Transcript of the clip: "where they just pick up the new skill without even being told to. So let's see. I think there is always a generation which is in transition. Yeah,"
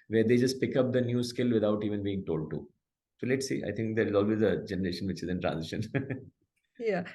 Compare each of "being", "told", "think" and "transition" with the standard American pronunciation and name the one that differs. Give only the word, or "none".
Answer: think